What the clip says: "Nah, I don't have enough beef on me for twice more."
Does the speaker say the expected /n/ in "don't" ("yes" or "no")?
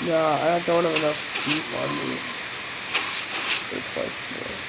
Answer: yes